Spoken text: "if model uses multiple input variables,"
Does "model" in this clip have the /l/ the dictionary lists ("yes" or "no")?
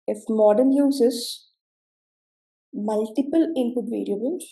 no